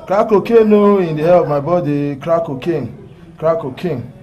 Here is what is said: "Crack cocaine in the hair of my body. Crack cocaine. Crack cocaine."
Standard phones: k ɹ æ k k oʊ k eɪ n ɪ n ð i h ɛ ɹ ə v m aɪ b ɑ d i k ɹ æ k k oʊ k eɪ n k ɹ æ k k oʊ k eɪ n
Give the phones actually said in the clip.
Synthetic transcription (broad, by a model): k ɹ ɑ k k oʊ k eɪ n ɪ n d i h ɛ l ə v m aɪ b ɑ d i k ɹ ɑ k k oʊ k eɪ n k ɹ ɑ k k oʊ k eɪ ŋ